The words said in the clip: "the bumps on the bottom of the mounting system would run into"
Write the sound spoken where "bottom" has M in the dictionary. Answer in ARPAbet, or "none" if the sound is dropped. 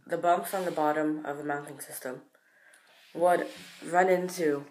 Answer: M